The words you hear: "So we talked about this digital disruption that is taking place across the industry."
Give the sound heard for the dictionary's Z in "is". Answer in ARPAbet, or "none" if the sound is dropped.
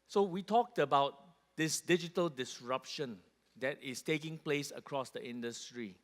S